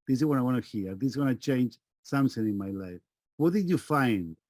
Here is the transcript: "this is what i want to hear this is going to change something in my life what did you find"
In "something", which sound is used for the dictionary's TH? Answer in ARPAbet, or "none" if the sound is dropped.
S